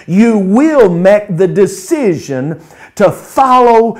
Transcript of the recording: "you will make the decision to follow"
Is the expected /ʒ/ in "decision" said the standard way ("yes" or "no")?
yes